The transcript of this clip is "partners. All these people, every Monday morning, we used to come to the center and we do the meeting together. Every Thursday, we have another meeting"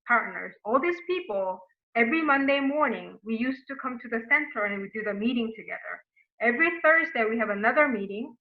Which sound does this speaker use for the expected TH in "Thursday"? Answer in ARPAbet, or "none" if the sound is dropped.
TH